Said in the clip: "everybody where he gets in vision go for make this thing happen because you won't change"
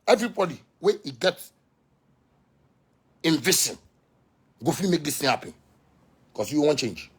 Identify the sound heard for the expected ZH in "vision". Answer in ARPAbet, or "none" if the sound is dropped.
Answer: S